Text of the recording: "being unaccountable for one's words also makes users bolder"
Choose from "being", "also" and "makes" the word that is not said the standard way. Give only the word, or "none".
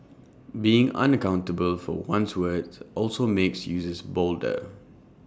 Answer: none